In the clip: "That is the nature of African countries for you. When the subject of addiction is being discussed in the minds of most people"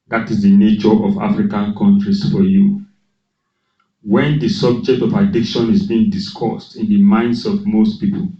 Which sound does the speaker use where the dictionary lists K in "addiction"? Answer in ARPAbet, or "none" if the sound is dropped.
K